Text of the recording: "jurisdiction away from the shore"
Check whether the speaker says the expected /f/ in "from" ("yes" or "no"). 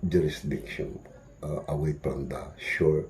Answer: no